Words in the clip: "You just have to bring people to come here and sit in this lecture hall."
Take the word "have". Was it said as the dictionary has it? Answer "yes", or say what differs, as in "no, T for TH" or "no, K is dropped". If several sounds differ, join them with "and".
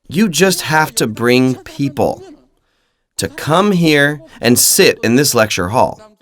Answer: no, F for V